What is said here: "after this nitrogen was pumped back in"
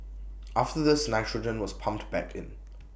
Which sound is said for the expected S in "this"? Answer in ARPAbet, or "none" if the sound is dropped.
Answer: S